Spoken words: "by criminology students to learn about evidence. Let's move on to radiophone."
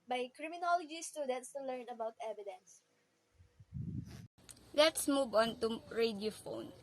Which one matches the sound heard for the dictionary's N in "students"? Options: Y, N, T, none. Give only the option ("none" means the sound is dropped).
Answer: none